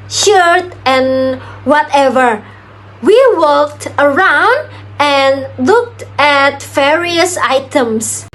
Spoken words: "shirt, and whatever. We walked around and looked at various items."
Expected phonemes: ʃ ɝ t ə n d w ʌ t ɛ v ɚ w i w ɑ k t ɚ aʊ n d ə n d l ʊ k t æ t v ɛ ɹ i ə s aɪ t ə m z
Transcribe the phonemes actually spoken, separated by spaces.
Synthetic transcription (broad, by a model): ʃ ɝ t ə n w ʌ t ɛ v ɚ w i w ɑ k t ɚ aʊ n d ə n l ʊ k t æ t v ɛ ɹ i ə s aɪ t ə m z